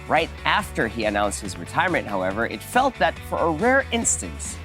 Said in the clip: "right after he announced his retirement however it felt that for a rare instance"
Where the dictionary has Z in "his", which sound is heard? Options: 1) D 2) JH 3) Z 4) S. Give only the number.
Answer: 3